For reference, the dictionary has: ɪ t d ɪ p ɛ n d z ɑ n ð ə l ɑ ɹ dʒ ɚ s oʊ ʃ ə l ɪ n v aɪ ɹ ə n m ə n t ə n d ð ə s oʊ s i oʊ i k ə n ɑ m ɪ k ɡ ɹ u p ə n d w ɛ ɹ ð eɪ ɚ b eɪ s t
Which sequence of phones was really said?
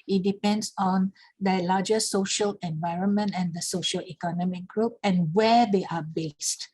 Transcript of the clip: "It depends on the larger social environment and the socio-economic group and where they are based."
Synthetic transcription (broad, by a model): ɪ t d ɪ p ɛ n d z ɑ n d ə l ɑ dʒ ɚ s oʊ ʃ ə l ɪ n v aɪ ɹ ə n m ə n t ə n d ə s oʊ ʃ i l i k ə n ɑ m ɪ k ɡ ɹ u p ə n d w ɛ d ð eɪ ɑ b eɪ s t